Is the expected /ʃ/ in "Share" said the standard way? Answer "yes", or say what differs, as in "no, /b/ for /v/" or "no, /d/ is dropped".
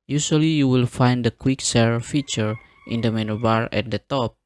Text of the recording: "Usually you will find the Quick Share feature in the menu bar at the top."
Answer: no, /s/ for /ʃ/